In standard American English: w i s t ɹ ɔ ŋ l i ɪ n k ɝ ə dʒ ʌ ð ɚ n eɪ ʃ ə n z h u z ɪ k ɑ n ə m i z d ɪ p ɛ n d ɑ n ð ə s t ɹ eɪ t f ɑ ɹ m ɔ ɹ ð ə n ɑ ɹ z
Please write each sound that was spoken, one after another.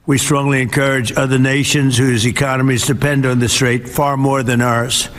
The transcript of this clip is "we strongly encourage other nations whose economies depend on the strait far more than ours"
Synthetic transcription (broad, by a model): w i s t ɹ ɔ ŋ l i ɪ n k ɝ ə dʒ ʌ ð ɚ n eɪ ʃ ə n z h u z ɪ k ɑ n ə m i z d ɪ p ɛ n d n ð ə s t ɹ eɪ t f ɑ ɹ m ɔ ɹ ð ə n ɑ ɹ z